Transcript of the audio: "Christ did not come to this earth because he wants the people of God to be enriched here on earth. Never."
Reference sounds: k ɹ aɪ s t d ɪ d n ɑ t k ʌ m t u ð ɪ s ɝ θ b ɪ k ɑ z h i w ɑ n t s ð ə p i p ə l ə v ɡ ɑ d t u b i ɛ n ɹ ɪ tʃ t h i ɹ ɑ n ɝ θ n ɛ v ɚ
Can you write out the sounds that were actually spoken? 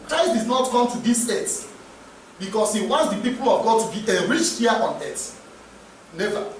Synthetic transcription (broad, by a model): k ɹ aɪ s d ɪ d n ɑ t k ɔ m t u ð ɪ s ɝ t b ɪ k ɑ s h i w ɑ n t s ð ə p i p ə l ə v ɡ ɑ d t u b i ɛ ɹ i tʃ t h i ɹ ɑ n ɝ t n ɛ v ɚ